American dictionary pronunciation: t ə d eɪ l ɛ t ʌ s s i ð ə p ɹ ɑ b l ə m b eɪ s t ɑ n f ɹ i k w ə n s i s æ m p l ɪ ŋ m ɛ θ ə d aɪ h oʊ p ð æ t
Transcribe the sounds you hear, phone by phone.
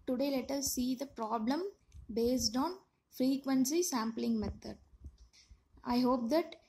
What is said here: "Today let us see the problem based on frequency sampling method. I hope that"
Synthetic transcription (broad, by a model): t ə d eɪ l ɛ t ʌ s s i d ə p ɹ ɑ b l ə m b eɪ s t ɑ n f ɹ i k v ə n s i s æ m p l ɪ ŋ m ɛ t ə d aɪ h oʊ p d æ t